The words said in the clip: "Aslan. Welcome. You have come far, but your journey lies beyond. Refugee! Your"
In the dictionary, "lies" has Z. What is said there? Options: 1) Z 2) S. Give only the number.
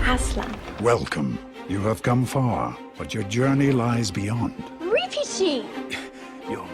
1